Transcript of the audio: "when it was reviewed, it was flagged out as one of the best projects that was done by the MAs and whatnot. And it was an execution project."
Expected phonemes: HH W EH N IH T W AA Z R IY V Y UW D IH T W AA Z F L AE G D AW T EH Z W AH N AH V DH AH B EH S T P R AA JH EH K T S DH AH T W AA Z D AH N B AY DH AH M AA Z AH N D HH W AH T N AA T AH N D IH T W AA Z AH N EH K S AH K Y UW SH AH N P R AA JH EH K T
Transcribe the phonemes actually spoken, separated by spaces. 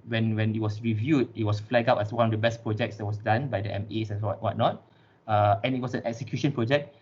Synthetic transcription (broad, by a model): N W EH N IH T W AA S R IY V Y UW D IH T W AA S F L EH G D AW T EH S W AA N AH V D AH B EH S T P R AA JH EH K T S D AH T W AA S D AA N B AY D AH M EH S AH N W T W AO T N AA T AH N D IH T W AA S AH N EH K S AH K Y UW SH AH N P R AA JH EH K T